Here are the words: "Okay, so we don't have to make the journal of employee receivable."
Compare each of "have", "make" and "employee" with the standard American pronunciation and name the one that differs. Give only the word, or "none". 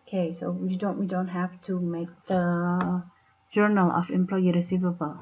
have